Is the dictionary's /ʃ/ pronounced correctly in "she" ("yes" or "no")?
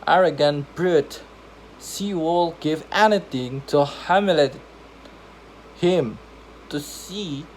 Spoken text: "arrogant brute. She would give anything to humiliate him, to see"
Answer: no